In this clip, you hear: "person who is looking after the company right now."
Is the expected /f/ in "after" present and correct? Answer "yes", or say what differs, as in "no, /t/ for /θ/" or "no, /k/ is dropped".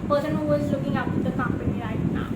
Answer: no, /p/ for /f/